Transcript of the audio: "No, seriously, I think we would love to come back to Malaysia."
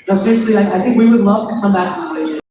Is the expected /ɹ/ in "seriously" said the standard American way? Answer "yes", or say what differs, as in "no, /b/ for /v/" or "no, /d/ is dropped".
no, /l/ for /ɹ/